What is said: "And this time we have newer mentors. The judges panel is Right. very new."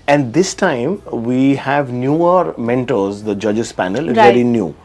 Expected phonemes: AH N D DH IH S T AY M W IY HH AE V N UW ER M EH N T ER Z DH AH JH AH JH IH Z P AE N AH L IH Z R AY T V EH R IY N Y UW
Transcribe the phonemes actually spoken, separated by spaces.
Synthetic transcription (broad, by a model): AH N D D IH S T AY M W IY HH AE V N UW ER M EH N T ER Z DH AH JH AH JH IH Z P AE N AH L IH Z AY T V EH R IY N Y UW